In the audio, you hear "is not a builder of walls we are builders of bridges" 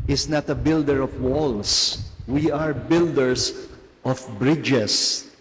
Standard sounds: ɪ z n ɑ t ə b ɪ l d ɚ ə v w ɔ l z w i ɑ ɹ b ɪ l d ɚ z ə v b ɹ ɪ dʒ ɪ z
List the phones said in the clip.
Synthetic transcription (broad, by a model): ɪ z n ɑ t ə b ɪ l d ɚ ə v w ɔ l s w i ɑ ɹ b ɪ l d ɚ s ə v b ɹ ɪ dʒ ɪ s